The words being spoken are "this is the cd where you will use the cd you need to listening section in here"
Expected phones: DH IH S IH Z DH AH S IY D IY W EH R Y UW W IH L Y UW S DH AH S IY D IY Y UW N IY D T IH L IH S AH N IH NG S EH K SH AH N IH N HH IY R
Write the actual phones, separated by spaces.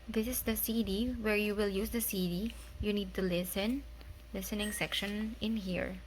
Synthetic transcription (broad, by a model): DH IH S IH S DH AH S IY D IY W EH R Y UW W IH L Y UW S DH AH S IY D IY Y UW N IY D T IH L IH S AH N IH NG S EH K SH AH N IH N HH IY R